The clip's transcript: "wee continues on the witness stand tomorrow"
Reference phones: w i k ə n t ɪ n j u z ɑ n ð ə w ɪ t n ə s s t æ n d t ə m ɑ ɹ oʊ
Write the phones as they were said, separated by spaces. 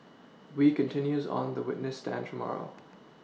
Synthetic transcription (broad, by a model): w i k ə n t ɪ n j u z n ð ə w ɪ t n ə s s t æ n t ə m ɑ ɹ oʊ